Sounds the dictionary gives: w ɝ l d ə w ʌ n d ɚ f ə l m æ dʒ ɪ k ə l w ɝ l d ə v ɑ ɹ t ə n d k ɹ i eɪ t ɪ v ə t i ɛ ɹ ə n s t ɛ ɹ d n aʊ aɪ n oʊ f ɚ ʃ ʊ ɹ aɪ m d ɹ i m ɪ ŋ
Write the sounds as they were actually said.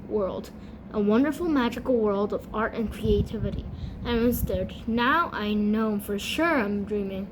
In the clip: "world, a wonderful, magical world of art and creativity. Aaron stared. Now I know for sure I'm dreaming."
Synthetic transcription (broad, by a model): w ɝ l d ə w ʌ n d ɚ f l m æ dʒ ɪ k l w ɝ l d ə v ɑ ɹ t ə n k ɹ i eɪ t ɪ v ə t i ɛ ə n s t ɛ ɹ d n aʊ aɪ n oʊ f ɚ ʃ ʊ ɹ aɪ m d ɹ i m ɪ ŋ